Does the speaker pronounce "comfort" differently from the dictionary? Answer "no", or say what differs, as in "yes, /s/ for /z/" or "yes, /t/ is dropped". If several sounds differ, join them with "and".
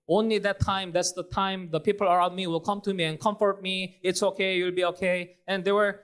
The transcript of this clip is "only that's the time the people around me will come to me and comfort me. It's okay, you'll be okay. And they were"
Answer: no